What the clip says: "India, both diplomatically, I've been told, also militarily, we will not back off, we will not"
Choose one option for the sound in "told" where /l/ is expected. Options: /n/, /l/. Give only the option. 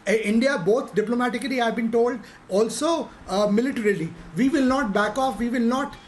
/l/